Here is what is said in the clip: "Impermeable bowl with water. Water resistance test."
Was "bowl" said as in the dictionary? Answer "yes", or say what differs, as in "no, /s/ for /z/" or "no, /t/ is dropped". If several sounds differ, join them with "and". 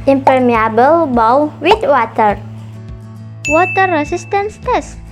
no, /w/ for /l/